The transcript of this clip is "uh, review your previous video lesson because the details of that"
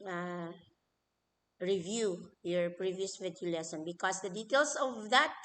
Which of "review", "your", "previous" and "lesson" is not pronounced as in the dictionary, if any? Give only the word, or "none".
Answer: none